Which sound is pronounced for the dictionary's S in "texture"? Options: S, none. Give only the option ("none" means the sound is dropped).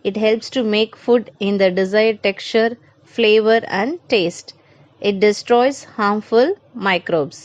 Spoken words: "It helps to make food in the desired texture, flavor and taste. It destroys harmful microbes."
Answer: none